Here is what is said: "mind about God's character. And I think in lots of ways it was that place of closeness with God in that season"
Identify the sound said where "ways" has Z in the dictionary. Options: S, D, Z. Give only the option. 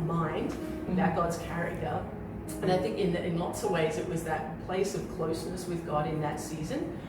Z